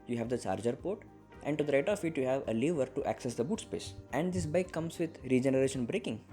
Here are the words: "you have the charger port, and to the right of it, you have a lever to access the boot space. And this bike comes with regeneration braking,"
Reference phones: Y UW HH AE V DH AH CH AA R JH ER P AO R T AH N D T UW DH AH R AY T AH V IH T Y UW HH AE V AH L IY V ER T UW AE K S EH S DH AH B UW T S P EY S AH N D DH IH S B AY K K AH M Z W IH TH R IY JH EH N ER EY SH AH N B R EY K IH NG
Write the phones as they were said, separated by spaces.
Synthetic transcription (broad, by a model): Y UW HH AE V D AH CH AA R JH ER P AO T T AH N D T UW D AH R AY T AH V IH T Y UW HH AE V AH L IY V ER T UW AE K S EH S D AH B UW T S P EY S AH N D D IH S B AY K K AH M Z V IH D R IY JH EH N ER EY SH AH N B R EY K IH NG